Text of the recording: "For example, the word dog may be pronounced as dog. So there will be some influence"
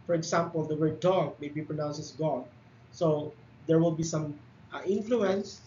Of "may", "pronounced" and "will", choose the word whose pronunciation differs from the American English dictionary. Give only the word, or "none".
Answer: pronounced